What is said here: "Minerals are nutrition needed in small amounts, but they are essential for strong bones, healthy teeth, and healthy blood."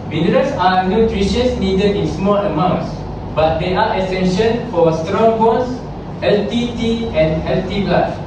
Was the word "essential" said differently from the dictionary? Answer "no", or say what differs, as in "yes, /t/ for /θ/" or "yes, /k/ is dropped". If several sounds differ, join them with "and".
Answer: yes, /n/ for /l/